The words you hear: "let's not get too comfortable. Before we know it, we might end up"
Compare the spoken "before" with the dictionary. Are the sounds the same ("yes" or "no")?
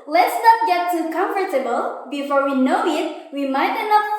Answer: yes